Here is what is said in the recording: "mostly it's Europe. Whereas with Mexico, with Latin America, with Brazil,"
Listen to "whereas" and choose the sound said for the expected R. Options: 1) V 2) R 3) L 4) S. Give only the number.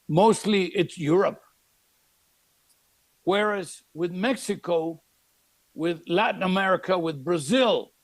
2